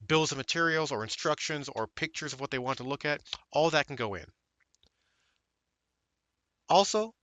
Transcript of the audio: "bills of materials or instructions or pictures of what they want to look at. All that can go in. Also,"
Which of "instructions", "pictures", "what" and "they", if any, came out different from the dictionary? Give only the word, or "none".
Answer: none